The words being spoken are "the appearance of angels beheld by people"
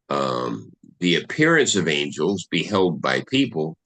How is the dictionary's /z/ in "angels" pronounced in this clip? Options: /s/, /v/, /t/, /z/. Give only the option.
/z/